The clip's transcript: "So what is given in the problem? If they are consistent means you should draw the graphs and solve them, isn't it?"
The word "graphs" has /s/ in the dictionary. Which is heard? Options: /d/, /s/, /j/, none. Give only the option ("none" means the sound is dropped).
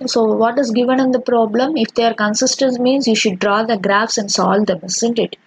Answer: /s/